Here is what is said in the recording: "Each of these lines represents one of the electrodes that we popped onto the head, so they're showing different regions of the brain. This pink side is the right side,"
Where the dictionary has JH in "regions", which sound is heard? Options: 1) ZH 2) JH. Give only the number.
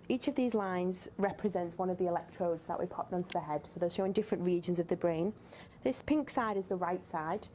2